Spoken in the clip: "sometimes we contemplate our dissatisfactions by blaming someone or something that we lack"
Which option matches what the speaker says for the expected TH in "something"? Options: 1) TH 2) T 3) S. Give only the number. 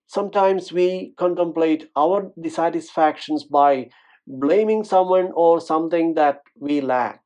2